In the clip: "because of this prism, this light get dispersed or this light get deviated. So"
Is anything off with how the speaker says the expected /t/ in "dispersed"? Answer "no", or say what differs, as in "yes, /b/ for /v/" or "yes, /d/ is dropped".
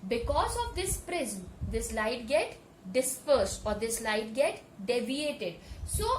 no